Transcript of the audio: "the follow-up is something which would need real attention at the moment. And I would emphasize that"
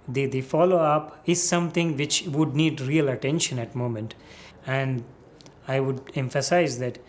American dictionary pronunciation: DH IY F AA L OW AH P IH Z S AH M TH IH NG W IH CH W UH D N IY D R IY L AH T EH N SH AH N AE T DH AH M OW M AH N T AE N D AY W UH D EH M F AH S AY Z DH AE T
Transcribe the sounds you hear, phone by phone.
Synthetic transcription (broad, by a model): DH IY F AA L OW AH P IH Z S AH M T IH NG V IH CH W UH D N IY D R IY L AH T EH N SH AH N AE T M OW M AH N T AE N D AY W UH D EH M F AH S AY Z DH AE T